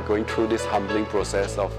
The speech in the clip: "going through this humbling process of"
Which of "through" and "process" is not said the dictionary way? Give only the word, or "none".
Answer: through